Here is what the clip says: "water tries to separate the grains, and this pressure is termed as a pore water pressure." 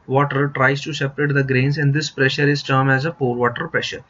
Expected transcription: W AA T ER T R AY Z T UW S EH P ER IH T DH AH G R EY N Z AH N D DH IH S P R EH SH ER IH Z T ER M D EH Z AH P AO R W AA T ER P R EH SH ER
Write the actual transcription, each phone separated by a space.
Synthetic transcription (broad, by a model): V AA T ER T R AY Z T UW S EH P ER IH T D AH G R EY N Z AH N D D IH S P R EH SH ER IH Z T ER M EH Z AH P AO R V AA T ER P R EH SH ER